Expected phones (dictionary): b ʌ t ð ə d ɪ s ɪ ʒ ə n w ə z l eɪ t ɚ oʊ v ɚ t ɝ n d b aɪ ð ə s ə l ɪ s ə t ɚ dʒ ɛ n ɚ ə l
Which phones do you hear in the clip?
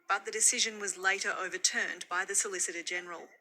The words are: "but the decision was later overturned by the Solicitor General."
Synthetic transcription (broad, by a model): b ʌ t ð ə d ɪ s ɪ ʒ ə n w ə z l eɪ t ɚ oʊ v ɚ t ɝ n b aɪ ð ə s ə l ɪ s ə t ɚ dʒ ɛ n ɚ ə l